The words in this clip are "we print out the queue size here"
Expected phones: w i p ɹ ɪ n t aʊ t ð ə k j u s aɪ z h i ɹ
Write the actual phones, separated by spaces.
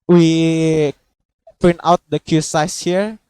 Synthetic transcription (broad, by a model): w i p ʌ n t aʊ t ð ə k j u s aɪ s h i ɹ